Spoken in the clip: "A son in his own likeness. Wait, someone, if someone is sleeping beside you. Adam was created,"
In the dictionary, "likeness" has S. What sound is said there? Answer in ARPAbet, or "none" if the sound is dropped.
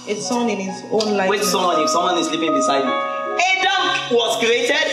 none